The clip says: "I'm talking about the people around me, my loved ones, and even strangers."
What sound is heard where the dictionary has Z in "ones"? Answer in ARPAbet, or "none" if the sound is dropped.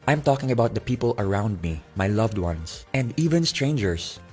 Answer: S